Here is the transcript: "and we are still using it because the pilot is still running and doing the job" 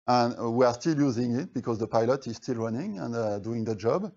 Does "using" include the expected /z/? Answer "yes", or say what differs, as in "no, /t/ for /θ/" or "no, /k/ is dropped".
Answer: yes